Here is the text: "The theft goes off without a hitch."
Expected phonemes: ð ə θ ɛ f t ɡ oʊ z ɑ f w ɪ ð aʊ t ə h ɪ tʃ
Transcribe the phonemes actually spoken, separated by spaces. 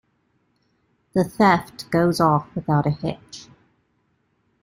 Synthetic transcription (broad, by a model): ð ə θ ɛ f t ɡ oʊ z ɑ f w ɪ ð aʊ t ə h ɪ tʃ